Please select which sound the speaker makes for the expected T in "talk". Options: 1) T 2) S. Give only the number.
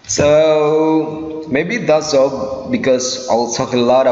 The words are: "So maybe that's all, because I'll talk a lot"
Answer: 2